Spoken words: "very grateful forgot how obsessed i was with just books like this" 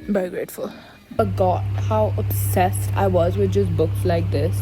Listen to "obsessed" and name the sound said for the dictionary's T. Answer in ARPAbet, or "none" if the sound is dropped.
T